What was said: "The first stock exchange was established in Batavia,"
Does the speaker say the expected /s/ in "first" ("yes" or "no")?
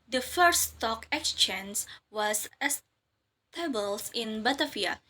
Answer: no